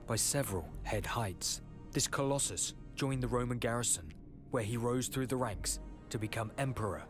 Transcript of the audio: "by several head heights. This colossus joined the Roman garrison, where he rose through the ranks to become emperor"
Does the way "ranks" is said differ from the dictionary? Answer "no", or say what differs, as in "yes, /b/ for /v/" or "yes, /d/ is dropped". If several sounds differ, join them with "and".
no